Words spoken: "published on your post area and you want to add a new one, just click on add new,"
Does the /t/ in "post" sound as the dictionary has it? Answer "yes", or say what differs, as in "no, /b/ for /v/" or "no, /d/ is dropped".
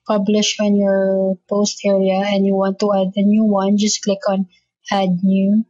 yes